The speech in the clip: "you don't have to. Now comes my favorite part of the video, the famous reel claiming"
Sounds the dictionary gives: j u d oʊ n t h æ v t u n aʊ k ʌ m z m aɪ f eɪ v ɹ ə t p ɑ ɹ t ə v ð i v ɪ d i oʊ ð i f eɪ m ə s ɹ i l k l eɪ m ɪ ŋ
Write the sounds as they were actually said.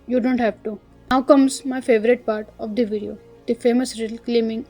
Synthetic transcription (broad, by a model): j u d oʊ n t h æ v t u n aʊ k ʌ m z m aɪ f eɪ v ɹ ə t p ɑ ɹ t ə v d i v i d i oʊ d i f eɪ m ə s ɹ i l k l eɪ m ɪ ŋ